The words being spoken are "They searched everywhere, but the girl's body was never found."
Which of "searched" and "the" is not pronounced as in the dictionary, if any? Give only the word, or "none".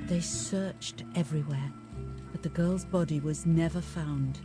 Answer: none